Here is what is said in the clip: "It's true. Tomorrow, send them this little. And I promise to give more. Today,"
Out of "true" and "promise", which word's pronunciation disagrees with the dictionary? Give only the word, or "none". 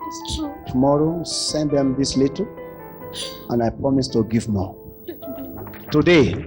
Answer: true